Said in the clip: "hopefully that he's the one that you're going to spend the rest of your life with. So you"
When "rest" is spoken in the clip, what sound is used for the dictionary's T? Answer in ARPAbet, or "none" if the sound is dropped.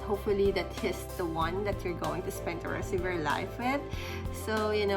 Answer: none